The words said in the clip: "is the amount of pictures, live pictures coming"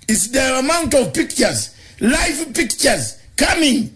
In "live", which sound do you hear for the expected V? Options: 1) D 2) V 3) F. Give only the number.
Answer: 3